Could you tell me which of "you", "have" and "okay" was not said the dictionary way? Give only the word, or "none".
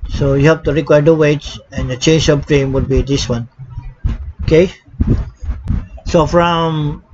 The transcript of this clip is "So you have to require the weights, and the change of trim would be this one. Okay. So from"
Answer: have